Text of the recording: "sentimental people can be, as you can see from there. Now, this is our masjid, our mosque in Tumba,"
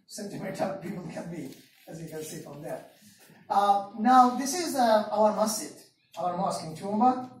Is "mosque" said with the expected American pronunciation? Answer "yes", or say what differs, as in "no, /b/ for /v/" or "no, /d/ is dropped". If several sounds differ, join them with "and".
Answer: yes